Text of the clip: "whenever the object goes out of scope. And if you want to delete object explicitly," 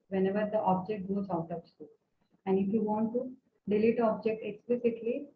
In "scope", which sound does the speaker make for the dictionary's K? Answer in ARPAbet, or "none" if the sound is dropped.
none